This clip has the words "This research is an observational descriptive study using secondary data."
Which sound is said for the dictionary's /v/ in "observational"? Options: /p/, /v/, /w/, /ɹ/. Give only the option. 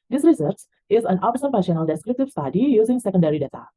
/p/